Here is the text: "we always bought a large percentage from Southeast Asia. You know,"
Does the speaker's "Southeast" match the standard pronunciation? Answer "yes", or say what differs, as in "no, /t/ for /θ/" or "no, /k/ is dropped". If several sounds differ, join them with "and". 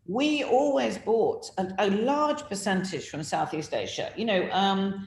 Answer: yes